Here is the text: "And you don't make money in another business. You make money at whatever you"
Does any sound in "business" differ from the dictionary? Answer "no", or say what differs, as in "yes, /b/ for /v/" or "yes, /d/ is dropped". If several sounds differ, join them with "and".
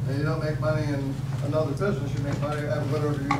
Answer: no